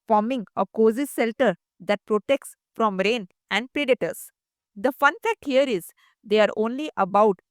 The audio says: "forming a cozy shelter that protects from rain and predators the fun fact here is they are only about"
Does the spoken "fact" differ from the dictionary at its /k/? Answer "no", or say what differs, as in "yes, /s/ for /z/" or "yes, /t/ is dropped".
no